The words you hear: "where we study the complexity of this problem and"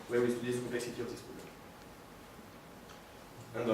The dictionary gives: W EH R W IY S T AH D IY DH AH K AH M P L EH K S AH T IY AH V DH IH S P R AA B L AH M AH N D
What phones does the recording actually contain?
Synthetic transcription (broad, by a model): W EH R W IY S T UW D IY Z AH K AH M P L EH K S AH T IY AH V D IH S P UW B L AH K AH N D